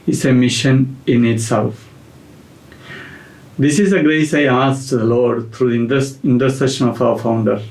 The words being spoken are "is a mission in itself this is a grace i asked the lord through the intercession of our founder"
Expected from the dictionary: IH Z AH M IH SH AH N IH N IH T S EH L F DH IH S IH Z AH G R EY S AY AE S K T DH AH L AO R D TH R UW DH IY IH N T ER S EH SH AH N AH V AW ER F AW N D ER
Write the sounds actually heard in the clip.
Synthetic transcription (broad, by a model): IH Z AH M IH SH AH N IH N IH T S EH L F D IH S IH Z AH G R EY S AY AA S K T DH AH L AO R D T R UW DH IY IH N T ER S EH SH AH N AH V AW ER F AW N D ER